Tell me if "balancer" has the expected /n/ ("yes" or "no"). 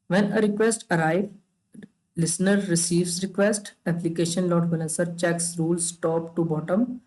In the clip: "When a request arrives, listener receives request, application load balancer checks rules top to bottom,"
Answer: no